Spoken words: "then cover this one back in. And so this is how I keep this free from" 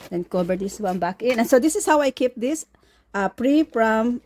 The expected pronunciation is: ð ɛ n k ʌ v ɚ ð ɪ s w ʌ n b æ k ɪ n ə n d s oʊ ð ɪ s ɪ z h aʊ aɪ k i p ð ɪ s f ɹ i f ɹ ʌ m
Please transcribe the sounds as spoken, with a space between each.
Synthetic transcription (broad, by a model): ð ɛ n k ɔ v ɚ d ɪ s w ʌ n b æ k ɪ n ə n s oʊ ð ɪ s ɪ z h aʊ aɪ k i p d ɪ s p ɹ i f ɹ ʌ m